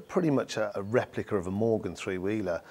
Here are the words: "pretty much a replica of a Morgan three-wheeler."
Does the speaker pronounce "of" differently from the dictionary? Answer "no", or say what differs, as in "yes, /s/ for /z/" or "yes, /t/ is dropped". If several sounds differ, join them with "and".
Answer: no